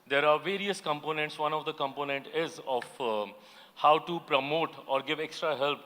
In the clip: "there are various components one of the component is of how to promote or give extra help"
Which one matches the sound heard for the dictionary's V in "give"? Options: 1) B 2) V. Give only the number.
2